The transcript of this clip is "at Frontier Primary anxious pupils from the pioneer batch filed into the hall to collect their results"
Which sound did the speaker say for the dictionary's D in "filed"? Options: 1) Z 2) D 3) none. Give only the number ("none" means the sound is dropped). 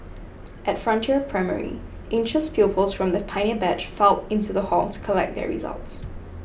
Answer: 3